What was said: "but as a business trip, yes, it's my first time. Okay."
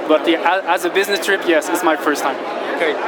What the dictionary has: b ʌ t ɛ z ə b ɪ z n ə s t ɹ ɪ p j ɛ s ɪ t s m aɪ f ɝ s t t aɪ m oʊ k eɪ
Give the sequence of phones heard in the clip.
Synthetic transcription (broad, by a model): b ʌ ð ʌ z ə b ɪ z n ə s t ɹ ɪ p j ɛ s ɪ t s m aɪ f ɝ s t t aɪ m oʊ k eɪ